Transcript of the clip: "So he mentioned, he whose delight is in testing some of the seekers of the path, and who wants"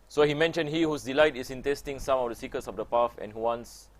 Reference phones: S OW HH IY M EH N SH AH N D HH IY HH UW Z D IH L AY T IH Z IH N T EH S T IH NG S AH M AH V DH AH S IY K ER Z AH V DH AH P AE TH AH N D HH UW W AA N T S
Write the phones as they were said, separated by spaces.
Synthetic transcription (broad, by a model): S OW HH IY M EH N SH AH N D HH IY HH UW S D IH L AY T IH S IH N T EH S T IH NG S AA M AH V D AH S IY K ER S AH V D AH P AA F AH N HH UW W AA N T S